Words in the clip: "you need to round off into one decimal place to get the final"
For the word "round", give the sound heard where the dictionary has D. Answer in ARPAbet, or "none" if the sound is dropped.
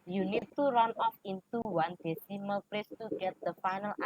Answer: none